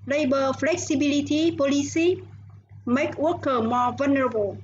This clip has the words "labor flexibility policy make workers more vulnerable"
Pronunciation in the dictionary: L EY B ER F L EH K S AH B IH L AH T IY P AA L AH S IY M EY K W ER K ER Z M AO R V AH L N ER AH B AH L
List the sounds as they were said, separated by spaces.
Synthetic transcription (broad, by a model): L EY B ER F L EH K S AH B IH L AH T IY P AA L AH S IY M EY K W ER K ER M AO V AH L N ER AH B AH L